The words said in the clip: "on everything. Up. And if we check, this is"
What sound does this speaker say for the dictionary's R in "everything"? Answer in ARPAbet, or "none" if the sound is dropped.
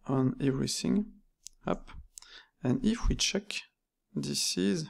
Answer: R